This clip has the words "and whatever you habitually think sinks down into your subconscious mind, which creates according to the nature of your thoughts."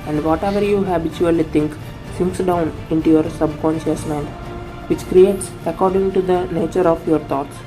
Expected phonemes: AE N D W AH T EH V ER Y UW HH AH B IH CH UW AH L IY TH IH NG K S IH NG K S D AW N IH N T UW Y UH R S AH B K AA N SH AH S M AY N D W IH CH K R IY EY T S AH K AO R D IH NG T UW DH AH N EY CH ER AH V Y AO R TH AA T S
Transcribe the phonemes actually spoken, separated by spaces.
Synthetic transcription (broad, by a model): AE N D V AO T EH V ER Y UW HH AH B IH CH UW AH L IY T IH NG K S IH NG K S D AW N IH N T UW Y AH R S AH B K AA N SH AH S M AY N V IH CH K R IY EY T S AH K AO R D IH NG T UW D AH N EY CH ER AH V Y AO R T AA T S